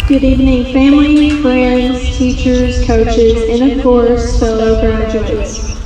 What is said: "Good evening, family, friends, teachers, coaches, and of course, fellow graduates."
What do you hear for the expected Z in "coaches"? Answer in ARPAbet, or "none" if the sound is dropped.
Z